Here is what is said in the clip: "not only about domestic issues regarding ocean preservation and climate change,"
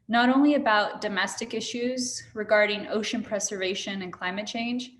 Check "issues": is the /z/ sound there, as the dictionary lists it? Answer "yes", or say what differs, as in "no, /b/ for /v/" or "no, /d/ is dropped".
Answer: yes